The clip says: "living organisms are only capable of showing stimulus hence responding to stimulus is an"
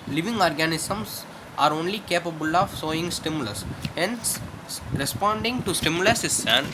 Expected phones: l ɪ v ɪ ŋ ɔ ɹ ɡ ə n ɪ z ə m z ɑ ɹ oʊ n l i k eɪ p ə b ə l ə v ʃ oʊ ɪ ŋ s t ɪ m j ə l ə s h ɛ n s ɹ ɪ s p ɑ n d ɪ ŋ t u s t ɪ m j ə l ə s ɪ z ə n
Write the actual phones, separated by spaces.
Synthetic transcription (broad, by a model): l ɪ v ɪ ŋ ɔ ɹ ɡ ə n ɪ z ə m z ɑ ɹ oʊ n l i k eɪ p ə b ə l ə v s oʊ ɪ ŋ s t ɪ m j ə l ə s h ɛ n s ɹ ɪ s p ɑ n d ɪ ŋ t u s t ɪ m j ə l ə s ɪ s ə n